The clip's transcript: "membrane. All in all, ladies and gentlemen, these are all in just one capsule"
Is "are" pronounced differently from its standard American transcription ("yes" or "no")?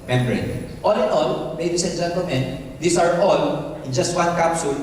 no